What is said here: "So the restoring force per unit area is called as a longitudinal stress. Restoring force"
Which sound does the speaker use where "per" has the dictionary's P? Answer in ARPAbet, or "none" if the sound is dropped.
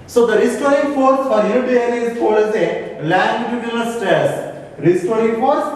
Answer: F